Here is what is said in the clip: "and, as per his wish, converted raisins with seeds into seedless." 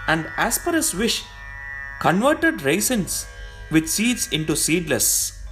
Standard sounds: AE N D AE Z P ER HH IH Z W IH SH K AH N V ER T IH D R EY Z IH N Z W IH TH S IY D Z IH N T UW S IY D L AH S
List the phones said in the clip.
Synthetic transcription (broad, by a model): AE N D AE S P ER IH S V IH SH K AH N V ER T IH D R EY S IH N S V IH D S IY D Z IH N T UW S IY D L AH S